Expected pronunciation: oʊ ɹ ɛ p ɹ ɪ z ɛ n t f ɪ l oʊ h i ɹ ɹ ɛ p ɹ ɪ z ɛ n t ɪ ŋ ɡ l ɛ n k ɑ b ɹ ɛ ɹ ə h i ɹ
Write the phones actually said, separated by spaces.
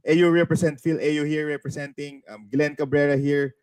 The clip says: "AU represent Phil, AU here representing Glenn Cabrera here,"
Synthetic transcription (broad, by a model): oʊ ɹ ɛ p ɹ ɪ s ɛ n t f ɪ l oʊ h i ɹ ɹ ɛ p ɹ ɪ s ɛ n t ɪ ŋ ɡ l ɛ n k ɑ b ɹ ɛ ɹ ə h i ɹ